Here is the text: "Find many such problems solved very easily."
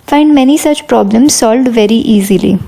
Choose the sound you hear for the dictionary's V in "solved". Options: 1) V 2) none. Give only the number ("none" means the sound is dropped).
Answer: 1